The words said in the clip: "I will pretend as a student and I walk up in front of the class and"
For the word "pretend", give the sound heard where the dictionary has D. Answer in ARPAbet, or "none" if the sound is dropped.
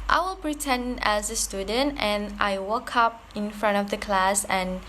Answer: none